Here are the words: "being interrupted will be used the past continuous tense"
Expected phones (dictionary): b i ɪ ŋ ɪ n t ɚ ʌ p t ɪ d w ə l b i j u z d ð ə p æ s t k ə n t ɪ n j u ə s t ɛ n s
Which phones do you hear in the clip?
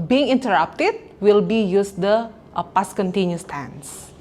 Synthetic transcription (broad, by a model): b i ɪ ŋ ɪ n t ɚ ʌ p t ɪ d w ə l b i j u s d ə p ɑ s k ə n t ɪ n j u s t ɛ n s